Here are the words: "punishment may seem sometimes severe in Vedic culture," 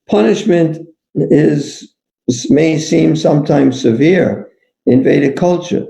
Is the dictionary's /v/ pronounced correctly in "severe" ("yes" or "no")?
yes